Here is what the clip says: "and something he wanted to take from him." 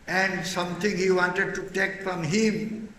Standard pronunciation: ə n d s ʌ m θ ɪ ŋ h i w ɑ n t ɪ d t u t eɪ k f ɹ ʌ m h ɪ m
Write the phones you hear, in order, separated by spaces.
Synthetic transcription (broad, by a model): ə n d s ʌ m t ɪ ŋ h i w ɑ n t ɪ d t u t eɪ k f ɹ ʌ m h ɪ m